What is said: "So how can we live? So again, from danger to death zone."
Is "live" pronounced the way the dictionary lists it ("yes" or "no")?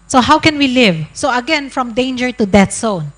yes